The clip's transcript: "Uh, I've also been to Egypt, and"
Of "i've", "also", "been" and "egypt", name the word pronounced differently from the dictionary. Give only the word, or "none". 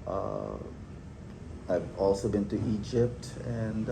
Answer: none